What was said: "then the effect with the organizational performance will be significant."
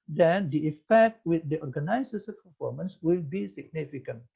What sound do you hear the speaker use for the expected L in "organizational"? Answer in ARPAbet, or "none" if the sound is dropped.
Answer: N